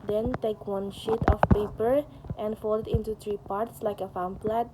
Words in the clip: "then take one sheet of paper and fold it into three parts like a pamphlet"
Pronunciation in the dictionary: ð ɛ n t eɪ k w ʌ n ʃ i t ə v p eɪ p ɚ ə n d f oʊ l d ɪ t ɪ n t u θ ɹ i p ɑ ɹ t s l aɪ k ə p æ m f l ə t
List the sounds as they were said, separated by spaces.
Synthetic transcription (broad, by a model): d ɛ n t eɪ k w ʌ n ʃ i t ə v p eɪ p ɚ ə n d f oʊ l ɪ t ɪ n t u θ ɹ i p ɑ ɹ t s l aɪ k ə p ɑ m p l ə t